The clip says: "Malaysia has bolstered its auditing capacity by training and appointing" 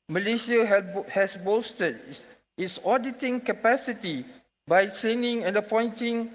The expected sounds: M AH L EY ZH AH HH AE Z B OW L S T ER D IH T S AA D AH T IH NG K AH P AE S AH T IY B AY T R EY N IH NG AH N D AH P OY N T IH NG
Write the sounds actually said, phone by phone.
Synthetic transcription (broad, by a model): M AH L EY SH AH HH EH S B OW S T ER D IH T S AA D AH T IH NG K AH P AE S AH T IY B AY T R EY N IH NG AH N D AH P OY N T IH NG